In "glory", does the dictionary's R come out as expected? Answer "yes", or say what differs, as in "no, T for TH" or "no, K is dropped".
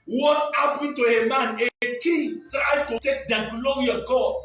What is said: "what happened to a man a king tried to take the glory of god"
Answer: no, R is dropped